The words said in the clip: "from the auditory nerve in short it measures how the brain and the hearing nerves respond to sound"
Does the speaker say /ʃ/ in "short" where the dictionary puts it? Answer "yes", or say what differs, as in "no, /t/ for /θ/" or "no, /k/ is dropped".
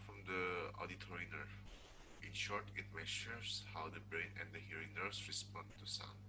yes